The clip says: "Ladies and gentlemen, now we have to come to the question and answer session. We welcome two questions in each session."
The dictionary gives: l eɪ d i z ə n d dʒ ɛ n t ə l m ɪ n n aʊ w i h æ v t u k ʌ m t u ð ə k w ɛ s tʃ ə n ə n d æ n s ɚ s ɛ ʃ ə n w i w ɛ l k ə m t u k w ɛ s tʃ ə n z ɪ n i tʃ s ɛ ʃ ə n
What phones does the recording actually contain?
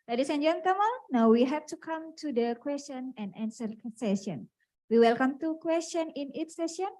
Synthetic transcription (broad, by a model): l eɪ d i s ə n dʒ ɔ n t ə m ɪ l n aʊ w i h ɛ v t u k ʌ m t u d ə k w ɛ s tʃ ə n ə n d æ n s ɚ s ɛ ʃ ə n w i w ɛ l k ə m t u k w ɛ s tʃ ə n ɪ n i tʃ s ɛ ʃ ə n